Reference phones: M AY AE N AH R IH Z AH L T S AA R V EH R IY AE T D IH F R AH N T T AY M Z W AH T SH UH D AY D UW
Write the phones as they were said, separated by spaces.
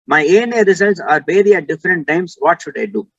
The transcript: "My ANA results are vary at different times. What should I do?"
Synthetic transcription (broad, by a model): M AY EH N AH R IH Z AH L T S AA R B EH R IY AE T D IH F R AH N T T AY M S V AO T SH UH D AY D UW